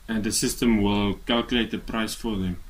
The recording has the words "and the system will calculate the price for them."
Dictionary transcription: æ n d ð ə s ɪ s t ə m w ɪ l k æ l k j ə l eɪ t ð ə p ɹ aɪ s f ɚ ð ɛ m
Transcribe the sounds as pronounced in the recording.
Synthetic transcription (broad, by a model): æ n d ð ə s ɪ s t ə m w ɪ l k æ l k j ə l eɪ t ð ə p ɹ aɪ s f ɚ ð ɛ m